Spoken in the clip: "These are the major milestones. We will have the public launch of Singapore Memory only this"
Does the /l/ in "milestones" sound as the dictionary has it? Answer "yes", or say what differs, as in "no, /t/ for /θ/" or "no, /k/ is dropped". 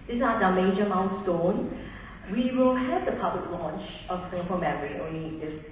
no, /n/ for /l/